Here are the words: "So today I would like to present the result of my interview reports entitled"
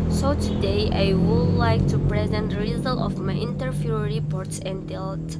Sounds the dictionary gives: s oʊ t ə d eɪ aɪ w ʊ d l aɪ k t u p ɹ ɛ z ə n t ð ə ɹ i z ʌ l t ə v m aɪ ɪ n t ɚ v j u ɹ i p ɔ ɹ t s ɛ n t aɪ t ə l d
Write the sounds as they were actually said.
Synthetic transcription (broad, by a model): s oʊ t ə d eɪ aɪ w ʊ d l aɪ k t u p ɹ ɛ z ə n t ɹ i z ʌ l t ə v m aɪ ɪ n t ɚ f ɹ ɹ i p ɔ ɹ t s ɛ n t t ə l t